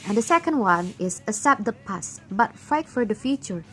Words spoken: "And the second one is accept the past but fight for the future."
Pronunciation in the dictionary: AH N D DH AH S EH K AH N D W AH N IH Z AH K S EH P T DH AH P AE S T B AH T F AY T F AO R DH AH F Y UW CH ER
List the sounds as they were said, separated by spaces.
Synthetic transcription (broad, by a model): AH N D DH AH S EH K AH N D W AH N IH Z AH S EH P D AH P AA S B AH T F AY T F AO R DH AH F Y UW CH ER